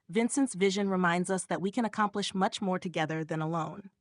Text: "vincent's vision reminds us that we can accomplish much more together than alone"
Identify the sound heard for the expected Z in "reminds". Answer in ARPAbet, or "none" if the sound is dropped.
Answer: Z